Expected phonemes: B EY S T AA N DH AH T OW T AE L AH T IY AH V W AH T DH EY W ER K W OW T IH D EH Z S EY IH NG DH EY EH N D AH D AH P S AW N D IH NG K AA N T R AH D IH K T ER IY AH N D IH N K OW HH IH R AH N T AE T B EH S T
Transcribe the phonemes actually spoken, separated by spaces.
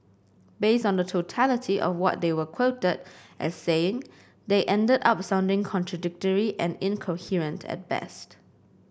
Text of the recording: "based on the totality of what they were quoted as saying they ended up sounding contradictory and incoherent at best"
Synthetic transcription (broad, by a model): B EY S T AA N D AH T OW T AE L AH T IY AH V W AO T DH EY W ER K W OW T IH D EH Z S EY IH NG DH EY EH N D AH D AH P S AW N D IH NG K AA N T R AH D IH K T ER IY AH N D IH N K OW HH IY R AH N T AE T B EH S T